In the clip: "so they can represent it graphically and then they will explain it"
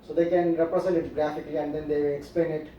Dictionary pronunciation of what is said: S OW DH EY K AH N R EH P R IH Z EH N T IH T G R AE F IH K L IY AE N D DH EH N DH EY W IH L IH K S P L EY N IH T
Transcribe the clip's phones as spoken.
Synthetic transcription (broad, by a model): S OW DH EY K AH N R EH P R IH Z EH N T IH T G R AE F IH K L IY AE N D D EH N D EY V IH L IH K S P L EY N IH T